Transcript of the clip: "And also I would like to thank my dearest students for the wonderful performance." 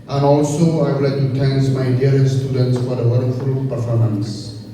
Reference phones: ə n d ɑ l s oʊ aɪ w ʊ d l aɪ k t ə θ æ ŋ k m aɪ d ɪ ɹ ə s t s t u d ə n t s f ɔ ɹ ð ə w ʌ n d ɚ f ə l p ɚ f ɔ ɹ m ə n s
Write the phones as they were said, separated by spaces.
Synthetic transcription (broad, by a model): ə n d ɑ l s oʊ aɪ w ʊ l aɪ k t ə t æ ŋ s m aɪ d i ə t s t u d ə n t s f ɔ ɹ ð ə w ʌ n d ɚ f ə l p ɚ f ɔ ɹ m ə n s